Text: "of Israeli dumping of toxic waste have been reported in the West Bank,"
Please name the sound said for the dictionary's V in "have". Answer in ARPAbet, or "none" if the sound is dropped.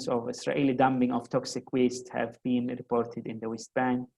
V